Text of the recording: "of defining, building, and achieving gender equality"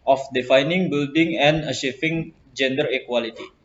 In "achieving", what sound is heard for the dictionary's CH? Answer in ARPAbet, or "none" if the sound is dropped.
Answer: SH